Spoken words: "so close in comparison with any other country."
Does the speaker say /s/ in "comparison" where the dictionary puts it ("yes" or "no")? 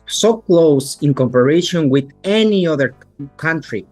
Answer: no